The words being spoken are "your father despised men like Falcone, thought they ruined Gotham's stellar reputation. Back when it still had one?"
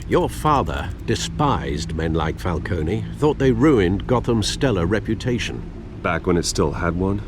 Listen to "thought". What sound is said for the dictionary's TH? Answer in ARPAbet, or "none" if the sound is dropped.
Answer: TH